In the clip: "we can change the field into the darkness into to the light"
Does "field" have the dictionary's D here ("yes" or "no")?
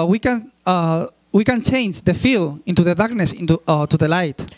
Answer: no